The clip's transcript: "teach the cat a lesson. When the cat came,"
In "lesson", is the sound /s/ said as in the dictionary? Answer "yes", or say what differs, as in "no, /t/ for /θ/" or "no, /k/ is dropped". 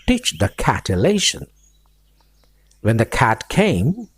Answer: no, /ʃ/ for /s/